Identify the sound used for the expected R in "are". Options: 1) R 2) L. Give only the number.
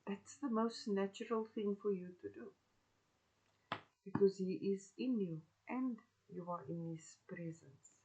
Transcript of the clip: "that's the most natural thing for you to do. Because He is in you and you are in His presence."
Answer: 1